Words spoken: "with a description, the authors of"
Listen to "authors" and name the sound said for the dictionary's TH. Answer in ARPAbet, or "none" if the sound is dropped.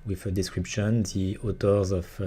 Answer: T